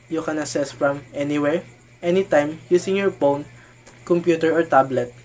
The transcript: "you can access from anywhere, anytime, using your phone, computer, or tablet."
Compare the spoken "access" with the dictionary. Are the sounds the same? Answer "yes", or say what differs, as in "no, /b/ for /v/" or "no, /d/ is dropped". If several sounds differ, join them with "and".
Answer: no, /k/ is dropped